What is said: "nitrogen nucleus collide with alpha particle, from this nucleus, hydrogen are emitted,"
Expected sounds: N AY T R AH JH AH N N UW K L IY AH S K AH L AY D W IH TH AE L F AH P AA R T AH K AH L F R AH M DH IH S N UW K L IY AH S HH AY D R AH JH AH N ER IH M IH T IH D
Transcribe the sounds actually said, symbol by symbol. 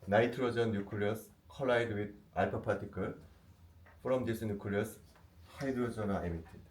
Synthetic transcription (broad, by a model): N AY T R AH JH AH N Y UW K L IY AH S K AH L AY D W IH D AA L P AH P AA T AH K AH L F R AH M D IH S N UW K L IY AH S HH AY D AH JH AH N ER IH M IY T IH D